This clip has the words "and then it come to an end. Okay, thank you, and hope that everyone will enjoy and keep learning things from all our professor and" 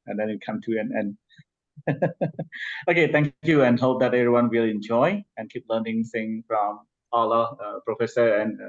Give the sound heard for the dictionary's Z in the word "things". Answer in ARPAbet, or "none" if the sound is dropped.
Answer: none